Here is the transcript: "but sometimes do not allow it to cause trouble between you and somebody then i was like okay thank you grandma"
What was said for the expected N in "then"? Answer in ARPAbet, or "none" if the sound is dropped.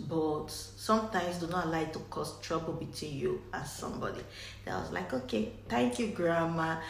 none